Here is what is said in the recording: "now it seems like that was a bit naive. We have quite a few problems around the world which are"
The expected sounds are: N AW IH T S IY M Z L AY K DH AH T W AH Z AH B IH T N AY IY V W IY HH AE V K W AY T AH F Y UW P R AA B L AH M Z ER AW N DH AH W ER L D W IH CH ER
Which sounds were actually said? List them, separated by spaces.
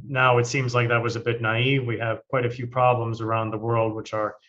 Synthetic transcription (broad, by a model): N AW IH T S IY M Z L AY K DH AH T W AH Z AH B IH T N AY IY V W IY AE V K W AY T AH F Y UW P R AA B L AH M Z ER AW N DH AH W ER L D W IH CH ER